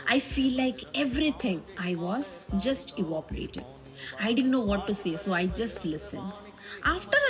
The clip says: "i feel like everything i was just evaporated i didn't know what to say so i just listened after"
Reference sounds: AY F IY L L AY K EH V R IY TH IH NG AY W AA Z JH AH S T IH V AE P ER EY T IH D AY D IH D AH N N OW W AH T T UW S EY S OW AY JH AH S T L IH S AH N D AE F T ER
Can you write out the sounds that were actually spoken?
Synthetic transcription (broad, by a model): AY F IY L L AY K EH V R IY T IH NG AY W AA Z JH AH S T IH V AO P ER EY T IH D AY D IH D AH N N OW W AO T T UW S EY S OW AY JH AH S T L IH S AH N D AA F T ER